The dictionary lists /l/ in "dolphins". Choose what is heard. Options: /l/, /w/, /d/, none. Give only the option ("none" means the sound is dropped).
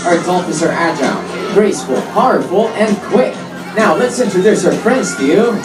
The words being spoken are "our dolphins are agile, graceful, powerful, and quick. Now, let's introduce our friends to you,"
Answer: none